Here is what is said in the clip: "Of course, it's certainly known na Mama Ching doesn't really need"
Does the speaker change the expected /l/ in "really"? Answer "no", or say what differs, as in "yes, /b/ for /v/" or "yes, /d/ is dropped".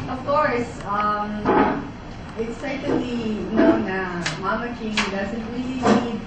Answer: no